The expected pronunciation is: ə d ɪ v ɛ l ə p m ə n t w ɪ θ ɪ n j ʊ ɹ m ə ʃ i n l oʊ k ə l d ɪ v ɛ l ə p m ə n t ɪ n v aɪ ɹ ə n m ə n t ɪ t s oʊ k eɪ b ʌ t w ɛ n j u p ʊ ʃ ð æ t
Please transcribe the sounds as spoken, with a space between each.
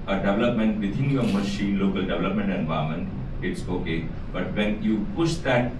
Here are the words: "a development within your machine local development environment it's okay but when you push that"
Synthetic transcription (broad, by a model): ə d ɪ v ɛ l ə p m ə n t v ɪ t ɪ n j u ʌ m ə ʃ i n l oʊ k ə l d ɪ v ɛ l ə p m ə n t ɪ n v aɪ ə m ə n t ɪ t s oʊ k eɪ b ʌ t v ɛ n j u p ʊ ʃ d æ t